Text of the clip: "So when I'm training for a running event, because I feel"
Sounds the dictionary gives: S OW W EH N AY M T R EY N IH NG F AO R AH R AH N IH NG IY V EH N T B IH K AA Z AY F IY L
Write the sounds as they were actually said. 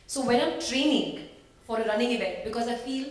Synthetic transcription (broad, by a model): S OW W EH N AY M T R EY N IH NG F AO R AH R AH N IH NG IY V EH N T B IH K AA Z AY F IY L